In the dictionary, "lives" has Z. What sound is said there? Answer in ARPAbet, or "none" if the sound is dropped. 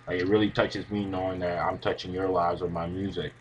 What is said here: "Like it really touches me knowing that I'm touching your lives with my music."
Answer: Z